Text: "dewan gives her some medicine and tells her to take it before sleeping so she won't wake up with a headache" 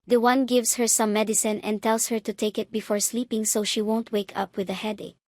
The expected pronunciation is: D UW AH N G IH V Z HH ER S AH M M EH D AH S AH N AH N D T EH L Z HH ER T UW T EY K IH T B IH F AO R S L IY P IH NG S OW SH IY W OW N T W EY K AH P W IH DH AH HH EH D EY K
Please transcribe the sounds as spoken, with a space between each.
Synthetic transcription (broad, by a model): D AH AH N G IH V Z HH ER S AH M M EH D AH S AH N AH N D T EH L S HH ER T UW T EY K IH T B IH F AO R S L IY P IH NG S OW SH IY W OW N T W EY K AH P W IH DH AH HH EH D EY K